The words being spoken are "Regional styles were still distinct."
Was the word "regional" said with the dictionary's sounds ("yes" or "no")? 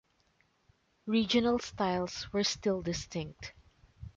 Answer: yes